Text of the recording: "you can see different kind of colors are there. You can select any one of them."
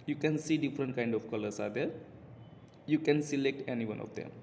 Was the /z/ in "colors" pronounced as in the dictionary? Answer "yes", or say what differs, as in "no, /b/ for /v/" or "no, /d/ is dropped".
no, /s/ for /z/